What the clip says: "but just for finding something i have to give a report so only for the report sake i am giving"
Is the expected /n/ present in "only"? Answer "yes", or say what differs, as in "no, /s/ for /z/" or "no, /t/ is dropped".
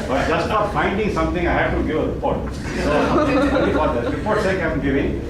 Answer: no, /n/ is dropped